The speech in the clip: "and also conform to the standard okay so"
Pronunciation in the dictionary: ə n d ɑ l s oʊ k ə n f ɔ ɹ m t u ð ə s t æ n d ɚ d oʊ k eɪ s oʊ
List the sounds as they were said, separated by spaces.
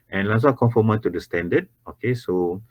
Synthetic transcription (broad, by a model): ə n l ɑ s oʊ k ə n f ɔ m t u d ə s t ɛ n d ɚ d oʊ k eɪ s oʊ